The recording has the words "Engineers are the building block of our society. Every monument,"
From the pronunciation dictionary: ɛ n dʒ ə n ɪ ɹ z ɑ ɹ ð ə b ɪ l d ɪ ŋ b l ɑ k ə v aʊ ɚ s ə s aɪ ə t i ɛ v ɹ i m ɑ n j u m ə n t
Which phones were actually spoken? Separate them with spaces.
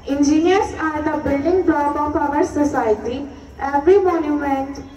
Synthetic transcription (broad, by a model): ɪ n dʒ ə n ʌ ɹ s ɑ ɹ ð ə b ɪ l d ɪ ŋ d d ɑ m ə p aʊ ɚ s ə s aɪ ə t i ɛ v ɹ i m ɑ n j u m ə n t